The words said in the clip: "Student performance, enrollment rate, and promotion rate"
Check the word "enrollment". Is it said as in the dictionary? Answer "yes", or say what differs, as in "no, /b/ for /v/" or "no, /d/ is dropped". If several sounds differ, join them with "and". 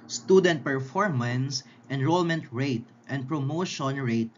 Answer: yes